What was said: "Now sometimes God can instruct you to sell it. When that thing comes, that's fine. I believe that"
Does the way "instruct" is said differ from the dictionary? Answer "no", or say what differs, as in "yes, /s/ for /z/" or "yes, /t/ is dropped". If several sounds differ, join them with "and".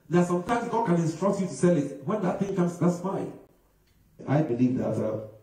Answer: no